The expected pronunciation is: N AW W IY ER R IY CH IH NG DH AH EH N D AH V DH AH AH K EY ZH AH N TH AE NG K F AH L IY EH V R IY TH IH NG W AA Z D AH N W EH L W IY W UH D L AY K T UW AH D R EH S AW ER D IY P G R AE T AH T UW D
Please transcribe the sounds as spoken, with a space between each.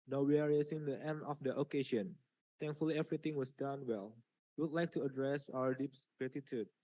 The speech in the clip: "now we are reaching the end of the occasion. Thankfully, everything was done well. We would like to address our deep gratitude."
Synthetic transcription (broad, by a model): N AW W IY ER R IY S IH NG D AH EH N D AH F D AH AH K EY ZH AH N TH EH NG K F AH L IY EH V R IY T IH NG W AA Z D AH N W EH L W IY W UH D L AY K T UW AH D R EH S AW ER D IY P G R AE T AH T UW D